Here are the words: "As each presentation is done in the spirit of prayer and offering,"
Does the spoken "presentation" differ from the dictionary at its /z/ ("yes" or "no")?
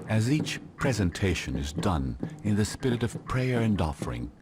no